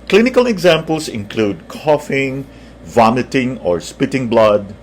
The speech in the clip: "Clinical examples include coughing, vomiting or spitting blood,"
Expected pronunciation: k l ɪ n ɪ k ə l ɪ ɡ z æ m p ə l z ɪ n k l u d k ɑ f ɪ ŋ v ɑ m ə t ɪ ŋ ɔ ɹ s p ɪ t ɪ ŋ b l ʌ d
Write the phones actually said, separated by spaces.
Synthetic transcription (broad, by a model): k l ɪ n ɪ k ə l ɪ ɡ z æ m p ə l s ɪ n k l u d k ɑ f ɪ ŋ v ɑ m ə t ɪ ŋ ɔ ɹ s p ɪ t ɪ ŋ b l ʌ d